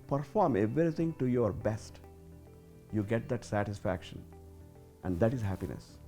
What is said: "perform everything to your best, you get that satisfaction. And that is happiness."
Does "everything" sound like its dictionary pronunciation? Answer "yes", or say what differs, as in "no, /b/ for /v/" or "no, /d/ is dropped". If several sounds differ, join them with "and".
no, /t/ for /θ/